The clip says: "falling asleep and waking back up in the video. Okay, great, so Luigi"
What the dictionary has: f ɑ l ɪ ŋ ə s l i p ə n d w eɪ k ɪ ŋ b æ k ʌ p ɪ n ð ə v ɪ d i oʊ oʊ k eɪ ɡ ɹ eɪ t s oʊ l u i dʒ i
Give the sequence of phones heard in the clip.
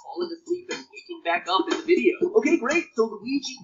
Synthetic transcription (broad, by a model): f ɑ l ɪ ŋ ə s l i p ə n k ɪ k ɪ ŋ b æ k ʌ p ɪ n ð ə v ɪ d i oʊ oʊ k eɪ ɡ ɹ eɪ t s oʊ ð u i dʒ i